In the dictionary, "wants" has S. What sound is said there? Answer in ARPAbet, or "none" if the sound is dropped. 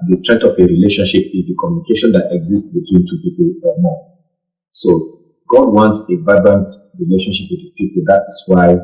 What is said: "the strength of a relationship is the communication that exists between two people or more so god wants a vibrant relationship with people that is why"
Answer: S